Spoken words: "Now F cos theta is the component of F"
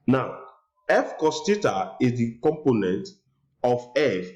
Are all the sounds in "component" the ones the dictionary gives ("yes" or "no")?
yes